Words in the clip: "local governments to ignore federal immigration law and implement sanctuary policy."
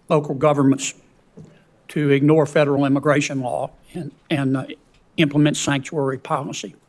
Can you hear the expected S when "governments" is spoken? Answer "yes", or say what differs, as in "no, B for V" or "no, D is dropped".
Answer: yes